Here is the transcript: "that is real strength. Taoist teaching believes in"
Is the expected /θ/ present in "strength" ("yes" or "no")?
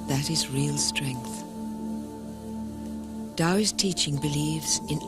yes